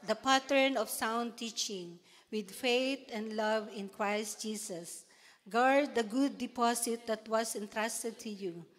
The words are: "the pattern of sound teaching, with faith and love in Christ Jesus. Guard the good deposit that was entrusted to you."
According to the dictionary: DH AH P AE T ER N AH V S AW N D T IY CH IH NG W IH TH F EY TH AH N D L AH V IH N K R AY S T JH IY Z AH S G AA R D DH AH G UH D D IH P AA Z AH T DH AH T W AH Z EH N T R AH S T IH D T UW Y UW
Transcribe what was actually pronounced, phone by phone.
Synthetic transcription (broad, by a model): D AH P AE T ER N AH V S AW N D T IY CH IH NG W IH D F EY T AH N D L AH V IH N K R AY S T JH IY S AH S G AA R D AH G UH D D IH P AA S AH T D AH T W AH S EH N T R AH S T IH D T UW Y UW